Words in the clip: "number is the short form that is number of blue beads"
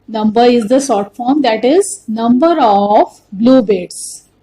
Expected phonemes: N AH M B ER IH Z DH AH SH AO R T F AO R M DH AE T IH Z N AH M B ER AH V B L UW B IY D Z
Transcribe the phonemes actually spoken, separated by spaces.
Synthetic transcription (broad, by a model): N AH M B ER IH Z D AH S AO R T F AO R M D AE T IH Z N AH M B ER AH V B L UW B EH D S